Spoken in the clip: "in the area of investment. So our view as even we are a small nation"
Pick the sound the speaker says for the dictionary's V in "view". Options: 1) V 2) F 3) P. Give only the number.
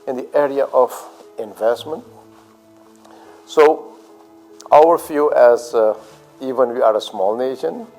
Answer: 2